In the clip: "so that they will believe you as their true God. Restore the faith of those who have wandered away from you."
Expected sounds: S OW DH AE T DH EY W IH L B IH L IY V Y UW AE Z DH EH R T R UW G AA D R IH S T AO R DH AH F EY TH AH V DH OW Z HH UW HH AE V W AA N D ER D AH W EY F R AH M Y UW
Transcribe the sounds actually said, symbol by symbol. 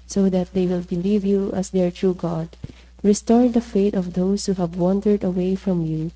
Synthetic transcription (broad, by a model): S OW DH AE T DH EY W IH L B IH L IY V Y UW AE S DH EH R T R UW G AA D R IH S T AO R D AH F EY T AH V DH OW S HH UW HH AE V W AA N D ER D AH W EY F R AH M Y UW